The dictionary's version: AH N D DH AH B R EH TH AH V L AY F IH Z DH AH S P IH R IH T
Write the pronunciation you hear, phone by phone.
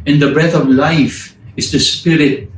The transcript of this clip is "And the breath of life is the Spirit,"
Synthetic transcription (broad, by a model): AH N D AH B R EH T AH V L AY F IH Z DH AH S P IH R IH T